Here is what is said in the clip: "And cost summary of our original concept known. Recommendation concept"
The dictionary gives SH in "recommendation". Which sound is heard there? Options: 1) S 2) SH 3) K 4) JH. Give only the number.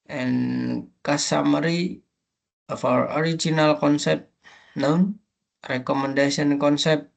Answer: 1